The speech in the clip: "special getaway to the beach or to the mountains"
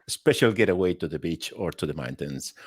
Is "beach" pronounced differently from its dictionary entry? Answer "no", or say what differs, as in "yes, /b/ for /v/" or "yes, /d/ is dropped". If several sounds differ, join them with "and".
no